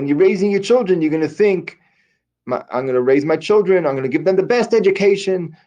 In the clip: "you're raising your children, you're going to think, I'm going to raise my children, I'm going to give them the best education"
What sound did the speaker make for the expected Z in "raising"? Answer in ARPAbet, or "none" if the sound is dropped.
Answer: Z